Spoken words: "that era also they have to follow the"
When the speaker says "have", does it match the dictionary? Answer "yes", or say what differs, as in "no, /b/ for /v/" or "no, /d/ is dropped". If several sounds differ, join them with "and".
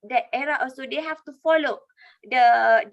no, /f/ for /v/